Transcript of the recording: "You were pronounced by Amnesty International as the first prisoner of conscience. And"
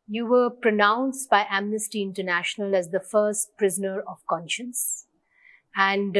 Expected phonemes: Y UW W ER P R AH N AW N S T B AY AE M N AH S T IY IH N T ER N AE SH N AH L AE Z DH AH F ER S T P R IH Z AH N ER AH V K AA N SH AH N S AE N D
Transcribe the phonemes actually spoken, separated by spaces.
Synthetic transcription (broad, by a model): Y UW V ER P R AH N AW N S T B AY AE M N AH S T IY IH N T ER N AE SH N AH L AE Z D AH F ER S T P R IH Z AH N ER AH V K AA N SH AH N S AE N D